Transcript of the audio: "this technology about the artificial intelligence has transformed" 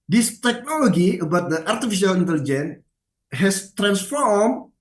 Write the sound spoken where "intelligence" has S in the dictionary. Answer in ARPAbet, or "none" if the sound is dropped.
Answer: none